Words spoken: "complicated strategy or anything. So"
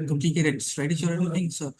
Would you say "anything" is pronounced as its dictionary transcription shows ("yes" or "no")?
no